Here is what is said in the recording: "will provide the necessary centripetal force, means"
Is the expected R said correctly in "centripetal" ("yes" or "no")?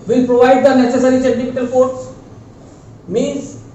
no